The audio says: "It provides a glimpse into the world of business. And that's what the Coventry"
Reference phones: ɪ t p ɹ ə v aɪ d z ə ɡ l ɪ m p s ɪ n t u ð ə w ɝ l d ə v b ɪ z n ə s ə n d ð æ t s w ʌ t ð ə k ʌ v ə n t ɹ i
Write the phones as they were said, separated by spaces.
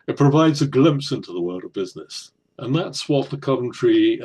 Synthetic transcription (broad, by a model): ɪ t p ɹ ə v aɪ d z ə ɡ l ɪ m p s ɪ n t u ð ə w ɝ l d ə v b ɪ z n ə s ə n ð æ t s w ʌ t ð ə k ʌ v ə n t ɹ i